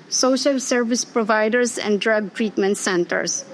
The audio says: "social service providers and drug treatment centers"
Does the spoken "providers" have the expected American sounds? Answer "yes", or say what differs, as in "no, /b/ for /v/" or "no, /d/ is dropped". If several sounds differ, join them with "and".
no, /s/ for /z/